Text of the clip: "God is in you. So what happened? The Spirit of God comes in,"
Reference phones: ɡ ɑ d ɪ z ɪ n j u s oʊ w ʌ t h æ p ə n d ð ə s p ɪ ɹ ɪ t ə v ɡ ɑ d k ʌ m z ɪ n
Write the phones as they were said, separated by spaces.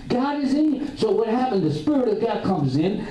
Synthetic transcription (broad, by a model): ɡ ɑ d ɪ z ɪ s oʊ w ʌ t h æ p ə n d ð ə s p ɪ ɹ ɪ t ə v ɡ ɑ d k ʌ m z ɪ n